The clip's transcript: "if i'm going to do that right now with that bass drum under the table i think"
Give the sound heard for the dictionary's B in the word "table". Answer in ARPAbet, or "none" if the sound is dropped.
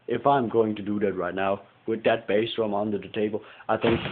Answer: B